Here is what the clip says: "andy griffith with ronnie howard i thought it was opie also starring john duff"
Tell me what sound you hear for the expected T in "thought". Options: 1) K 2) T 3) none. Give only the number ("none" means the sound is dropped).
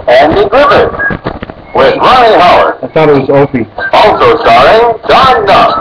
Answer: 2